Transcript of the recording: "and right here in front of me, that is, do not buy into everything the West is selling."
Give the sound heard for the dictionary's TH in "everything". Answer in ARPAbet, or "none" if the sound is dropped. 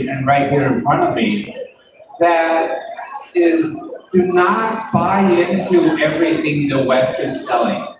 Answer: TH